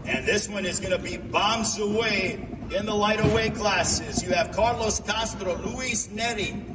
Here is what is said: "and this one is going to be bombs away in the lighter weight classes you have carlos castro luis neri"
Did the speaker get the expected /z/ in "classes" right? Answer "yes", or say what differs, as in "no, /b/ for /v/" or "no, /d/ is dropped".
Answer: yes